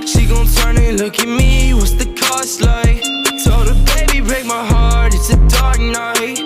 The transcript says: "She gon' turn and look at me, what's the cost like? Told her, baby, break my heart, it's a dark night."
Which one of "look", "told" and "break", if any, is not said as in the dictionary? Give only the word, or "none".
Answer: told